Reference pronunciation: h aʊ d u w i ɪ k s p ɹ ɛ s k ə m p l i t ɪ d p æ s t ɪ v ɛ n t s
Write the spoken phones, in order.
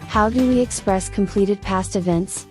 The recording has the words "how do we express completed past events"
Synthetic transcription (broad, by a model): h aʊ d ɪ w i ɪ k s p ɹ ɛ s k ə m p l i t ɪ d p æ s t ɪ v ɛ n t s